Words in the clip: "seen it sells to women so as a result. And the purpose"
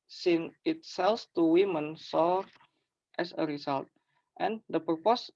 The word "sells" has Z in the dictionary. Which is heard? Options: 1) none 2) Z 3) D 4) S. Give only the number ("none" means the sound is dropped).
4